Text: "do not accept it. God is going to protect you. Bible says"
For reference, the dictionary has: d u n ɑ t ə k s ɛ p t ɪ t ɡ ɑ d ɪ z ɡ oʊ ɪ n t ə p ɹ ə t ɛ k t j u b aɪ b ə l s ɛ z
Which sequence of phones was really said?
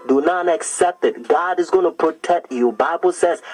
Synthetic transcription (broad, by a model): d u n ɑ t ə k s ɛ p t ɪ t ɡ ɑ d ɪ z ɡ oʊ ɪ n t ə p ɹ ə t ɛ k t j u b aɪ b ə l s ɛ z